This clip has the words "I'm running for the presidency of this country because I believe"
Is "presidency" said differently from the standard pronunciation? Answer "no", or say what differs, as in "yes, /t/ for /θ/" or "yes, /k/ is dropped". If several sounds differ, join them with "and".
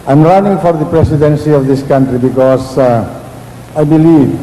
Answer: yes, /s/ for /z/